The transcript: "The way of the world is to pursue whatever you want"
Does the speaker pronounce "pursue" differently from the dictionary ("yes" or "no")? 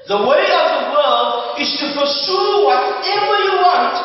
yes